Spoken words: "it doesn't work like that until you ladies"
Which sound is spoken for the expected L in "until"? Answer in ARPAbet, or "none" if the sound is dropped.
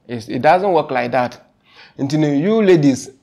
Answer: N